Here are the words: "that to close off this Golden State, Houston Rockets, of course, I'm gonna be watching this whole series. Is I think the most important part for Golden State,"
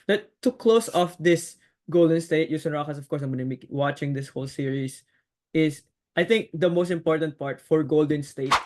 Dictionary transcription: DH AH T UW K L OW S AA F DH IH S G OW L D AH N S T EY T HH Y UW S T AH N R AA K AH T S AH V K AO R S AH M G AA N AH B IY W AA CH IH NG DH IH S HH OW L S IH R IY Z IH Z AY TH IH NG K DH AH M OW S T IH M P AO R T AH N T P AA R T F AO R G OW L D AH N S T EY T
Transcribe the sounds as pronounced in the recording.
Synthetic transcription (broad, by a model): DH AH T UW K L OW S AA F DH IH S G OW L D AH N S T EY T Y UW S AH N R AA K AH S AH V K AO R S AH M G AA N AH B IY W AA CH IH NG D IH S HH OW L S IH R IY S IH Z AY TH IH NG K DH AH M OW S T IH M P AO R T AH N T P AA R T F AO R G OW L D AH N S T EY T